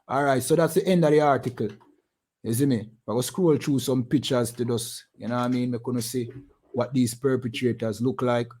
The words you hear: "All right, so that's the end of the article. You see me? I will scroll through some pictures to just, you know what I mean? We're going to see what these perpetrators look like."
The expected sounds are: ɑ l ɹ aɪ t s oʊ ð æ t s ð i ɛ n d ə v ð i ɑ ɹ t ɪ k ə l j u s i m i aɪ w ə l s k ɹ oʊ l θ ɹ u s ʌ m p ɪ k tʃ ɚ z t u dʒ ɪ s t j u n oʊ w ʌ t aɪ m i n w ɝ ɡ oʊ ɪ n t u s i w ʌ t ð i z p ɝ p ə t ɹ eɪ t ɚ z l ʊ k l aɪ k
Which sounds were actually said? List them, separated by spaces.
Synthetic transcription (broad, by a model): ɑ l ɹ aɪ t s oʊ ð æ t s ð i ɛ n d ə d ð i ɑ ɹ t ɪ k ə l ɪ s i m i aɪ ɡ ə s k ɹ oʊ l t ɹ u s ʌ m p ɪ k tʃ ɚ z t u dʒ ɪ s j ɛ n oʊ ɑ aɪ m i n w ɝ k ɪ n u s i w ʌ t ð i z p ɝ p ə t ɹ eɪ t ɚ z l ʊ k l aɪ k